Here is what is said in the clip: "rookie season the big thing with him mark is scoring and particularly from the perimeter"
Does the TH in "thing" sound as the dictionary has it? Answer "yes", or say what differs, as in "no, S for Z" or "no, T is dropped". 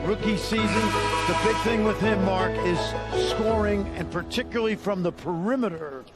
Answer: yes